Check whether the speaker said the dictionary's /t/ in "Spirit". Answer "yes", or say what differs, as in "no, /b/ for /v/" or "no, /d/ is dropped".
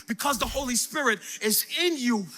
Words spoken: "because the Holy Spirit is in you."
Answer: yes